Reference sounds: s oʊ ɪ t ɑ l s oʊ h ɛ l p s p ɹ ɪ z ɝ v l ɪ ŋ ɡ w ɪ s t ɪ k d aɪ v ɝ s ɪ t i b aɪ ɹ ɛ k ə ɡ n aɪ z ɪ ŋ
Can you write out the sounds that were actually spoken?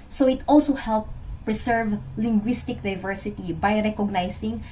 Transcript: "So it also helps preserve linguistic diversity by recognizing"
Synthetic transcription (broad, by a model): s oʊ ɪ t ɑ l s oʊ h ɛ l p p ɹ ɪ s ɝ v l ɪ ŋ ɡ w ɪ s t ɪ k d aɪ v ɝ s ɪ t i b aɪ ɹ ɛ k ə ɡ n aɪ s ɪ ŋ